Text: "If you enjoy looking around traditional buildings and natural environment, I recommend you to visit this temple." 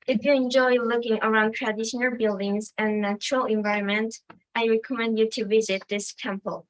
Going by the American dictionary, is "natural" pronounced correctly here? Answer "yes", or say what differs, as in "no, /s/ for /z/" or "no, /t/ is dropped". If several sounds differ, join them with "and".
yes